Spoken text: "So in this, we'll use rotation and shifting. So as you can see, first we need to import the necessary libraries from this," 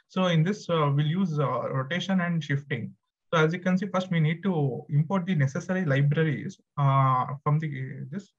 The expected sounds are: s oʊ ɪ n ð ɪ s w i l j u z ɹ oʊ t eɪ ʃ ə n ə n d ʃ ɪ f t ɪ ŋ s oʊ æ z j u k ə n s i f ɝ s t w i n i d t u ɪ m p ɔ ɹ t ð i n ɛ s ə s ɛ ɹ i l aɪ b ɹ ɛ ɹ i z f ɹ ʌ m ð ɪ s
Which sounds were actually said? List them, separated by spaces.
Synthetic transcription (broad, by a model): s oʊ ɪ n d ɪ s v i l j u z ɹ oʊ t eɪ ʃ ə n ə n d ʃ ɪ f t ɪ ŋ s oʊ æ z j u k ə n s i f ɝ s t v i n i d t u ɪ m p ɔ ɹ t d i n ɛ s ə s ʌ ɹ i l aɪ b ɹ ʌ ɹ i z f ɹ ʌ m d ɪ s